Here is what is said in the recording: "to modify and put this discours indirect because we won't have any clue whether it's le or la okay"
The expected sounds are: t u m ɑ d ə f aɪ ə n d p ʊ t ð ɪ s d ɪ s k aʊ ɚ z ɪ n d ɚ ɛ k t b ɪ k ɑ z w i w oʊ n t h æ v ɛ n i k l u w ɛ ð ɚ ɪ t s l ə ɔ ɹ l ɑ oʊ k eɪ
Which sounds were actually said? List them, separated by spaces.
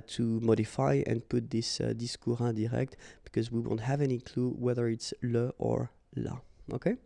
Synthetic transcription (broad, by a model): t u m ɑ d ə f aɪ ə n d p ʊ t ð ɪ s d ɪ s k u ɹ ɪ d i ɛ k t b ɪ k ɑ z w i w oʊ n t h æ v ɛ n i k l u w ɛ ð ɚ ɪ t s l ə ɔ ɹ l ɑ oʊ k eɪ